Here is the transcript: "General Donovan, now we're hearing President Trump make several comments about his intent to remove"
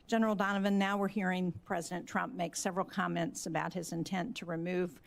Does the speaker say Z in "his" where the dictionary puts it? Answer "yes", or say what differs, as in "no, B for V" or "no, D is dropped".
yes